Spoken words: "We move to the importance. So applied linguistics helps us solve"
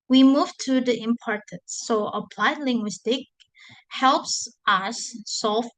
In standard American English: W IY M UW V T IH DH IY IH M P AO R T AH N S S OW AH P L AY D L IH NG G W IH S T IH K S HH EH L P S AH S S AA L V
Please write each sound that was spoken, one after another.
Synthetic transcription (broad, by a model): W IY M UW V T IH DH IY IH M P AO R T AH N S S OW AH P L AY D L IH NG G W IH S T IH K HH EH L P S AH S S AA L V